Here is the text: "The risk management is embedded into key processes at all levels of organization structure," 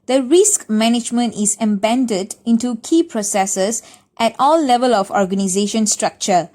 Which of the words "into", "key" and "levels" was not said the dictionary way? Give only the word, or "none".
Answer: levels